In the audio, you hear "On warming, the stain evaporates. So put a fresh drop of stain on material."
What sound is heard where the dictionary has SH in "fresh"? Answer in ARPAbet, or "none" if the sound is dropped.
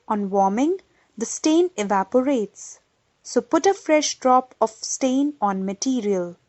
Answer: SH